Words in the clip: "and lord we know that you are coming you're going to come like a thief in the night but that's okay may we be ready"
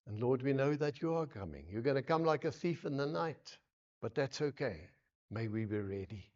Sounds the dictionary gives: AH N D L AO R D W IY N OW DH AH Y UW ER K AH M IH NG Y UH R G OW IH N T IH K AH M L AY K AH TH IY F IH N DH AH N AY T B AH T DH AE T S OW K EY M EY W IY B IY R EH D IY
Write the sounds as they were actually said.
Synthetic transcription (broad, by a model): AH N L AO R D W IY N OW DH AH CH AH ER K AH M IH NG Y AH R G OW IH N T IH K AH M L AY K AH TH IY F IH N DH AH N AY T B AH T DH AE T S OW K EY M EY W IY B IY R EH D IY